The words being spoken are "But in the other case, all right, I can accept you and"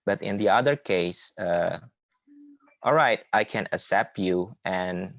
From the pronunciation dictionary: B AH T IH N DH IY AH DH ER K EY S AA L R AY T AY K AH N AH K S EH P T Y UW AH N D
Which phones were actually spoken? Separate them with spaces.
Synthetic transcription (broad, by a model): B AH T IH N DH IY AH DH ER K EY S AA L R AY T AY K AH N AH S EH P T Y UW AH N